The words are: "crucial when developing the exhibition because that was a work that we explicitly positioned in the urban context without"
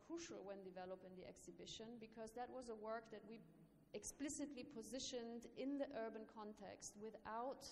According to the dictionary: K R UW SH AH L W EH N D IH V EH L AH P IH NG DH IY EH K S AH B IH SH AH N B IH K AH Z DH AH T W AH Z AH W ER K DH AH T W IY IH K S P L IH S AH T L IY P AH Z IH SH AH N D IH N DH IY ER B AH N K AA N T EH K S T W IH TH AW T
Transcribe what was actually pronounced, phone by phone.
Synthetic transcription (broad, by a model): K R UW SH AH L W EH N D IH V EH L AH P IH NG DH IY EH K S AH B IH SH AH N B IH K AH Z DH AH T W AH Z AH W ER K DH AH T W IY IH K S P L IH S AH T L IY P AH Z IH SH AH N D IH N DH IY ER B AH N K AA N T EH K S T W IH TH AW T